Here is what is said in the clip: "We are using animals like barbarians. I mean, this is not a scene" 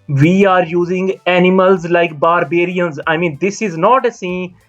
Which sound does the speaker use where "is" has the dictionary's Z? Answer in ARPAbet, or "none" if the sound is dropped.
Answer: Z